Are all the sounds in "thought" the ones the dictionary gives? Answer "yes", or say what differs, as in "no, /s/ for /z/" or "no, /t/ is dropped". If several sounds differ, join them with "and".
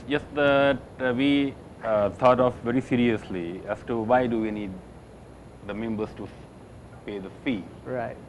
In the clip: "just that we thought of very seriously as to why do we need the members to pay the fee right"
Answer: no, /t/ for /θ/